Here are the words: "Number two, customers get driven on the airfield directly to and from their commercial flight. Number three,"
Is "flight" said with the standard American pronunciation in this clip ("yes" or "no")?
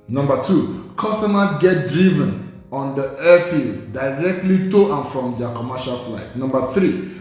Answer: yes